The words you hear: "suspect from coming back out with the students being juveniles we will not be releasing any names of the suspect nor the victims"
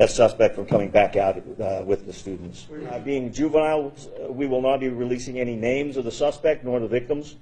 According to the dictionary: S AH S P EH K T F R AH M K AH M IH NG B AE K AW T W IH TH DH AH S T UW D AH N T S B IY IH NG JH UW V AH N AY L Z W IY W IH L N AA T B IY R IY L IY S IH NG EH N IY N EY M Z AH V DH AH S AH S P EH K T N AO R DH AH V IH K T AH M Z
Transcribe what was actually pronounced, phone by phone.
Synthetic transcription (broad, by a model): S AH S P EH K T F R AH M K AH M IH NG B AE K AW T W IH DH AH S T UW D N T S B IY IH NG JH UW V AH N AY L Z W IY W IH L N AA T B IY R IY L IY S IH NG EH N IY N EY M Z AH V DH AH S AH S P EH K T N AO R DH AH V IH K T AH M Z